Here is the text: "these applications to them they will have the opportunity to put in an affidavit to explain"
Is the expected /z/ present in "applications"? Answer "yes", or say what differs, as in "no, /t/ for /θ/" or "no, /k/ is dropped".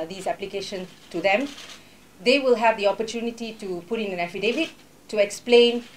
no, /z/ is dropped